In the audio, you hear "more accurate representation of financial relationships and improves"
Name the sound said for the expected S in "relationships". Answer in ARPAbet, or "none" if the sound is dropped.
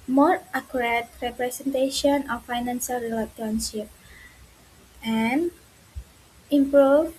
none